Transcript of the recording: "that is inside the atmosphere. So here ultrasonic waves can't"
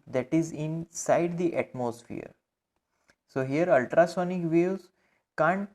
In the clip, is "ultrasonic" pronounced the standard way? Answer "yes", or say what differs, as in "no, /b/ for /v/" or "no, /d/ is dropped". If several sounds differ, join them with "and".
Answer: yes